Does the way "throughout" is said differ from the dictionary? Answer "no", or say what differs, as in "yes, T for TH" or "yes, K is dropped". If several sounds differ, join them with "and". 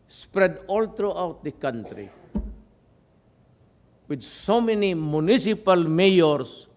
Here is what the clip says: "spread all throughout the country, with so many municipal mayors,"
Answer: yes, T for TH